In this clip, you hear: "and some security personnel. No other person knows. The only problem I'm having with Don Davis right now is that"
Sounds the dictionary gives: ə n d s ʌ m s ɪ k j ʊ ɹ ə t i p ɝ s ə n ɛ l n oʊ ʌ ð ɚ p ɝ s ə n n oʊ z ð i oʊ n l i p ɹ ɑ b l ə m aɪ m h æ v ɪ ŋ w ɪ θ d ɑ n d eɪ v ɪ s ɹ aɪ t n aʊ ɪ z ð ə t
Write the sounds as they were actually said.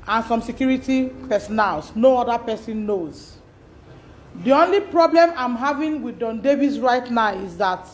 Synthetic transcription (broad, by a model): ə n s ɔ m s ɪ k j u ɹ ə t i p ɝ s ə n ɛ l n oʊ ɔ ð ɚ p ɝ s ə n n oʊ z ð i oʊ n l i p ɹ ɑ b l ə m aɪ m h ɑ v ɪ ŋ w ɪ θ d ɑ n d eɪ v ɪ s ɹ aɪ t n aʊ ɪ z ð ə t